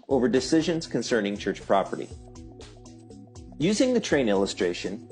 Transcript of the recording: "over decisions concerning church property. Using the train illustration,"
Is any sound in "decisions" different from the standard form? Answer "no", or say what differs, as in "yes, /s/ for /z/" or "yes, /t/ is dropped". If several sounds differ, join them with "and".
no